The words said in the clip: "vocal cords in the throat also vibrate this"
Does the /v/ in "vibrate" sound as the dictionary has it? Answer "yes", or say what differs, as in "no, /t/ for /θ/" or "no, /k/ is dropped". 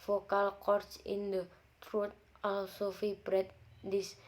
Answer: no, /f/ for /v/